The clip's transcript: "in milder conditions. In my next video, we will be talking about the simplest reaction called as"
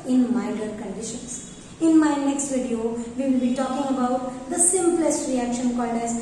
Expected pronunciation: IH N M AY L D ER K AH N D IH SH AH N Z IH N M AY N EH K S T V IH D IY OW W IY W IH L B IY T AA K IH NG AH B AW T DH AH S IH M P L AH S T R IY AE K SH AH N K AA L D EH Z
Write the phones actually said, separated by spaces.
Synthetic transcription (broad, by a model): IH N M AY D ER K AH N D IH SH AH N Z IH N M AY N EH K S T V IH D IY OW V IY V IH L B IY T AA K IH NG AH B AW T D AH S IH M P L AH S T R IY AE K SH AH N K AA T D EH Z